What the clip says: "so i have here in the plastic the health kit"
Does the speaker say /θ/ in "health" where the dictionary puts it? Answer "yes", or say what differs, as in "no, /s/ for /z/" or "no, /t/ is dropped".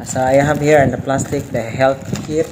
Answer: no, /t/ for /θ/